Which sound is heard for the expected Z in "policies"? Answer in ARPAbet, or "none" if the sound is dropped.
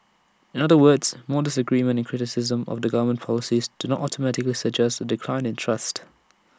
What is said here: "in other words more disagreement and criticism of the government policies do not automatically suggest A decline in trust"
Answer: Z